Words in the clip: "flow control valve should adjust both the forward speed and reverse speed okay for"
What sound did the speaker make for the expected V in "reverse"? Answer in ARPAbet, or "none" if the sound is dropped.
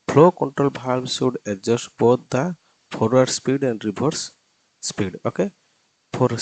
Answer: B